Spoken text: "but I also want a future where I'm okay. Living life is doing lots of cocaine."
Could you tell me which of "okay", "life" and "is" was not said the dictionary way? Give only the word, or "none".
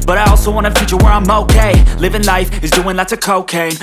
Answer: none